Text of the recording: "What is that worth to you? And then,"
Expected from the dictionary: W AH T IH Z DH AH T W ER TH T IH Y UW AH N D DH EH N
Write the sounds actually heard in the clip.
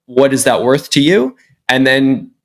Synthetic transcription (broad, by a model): W AH T IH Z DH AH T W ER TH T IH Y UW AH N DH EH N